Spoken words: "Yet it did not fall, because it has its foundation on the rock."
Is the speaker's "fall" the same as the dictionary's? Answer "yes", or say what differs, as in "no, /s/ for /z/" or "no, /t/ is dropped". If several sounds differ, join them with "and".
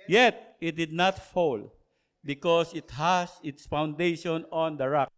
yes